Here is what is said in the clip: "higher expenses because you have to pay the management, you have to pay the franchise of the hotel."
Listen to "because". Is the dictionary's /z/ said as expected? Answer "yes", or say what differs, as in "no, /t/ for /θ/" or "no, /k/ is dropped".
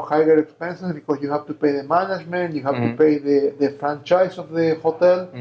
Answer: no, /s/ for /z/